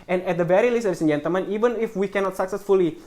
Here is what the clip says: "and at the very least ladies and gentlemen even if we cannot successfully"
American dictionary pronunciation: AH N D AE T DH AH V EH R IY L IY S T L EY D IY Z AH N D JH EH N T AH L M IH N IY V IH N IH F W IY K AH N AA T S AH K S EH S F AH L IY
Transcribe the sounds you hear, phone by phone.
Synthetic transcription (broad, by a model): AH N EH T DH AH B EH R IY L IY S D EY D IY S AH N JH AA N T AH M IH N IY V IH N IH F W IY K AH N AA T S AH K S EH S F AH L IY